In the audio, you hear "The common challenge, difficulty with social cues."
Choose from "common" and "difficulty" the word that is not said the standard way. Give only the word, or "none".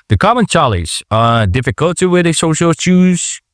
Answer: none